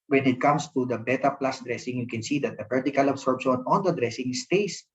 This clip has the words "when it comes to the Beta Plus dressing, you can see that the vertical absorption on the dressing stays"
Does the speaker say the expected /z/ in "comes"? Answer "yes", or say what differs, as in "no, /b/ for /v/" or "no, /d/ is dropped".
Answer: no, /s/ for /z/